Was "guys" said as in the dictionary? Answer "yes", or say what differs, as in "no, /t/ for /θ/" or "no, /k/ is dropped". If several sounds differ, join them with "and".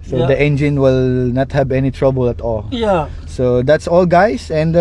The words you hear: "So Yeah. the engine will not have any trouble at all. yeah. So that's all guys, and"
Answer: no, /s/ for /z/